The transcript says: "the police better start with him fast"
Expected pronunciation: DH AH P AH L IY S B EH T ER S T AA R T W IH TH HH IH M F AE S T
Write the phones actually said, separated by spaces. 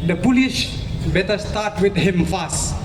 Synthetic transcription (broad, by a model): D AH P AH L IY SH B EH T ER S T AA T W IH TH HH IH M F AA S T